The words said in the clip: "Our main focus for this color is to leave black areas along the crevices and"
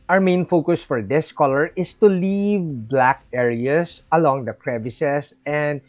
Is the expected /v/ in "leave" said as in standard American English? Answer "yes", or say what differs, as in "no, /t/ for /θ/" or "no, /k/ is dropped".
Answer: yes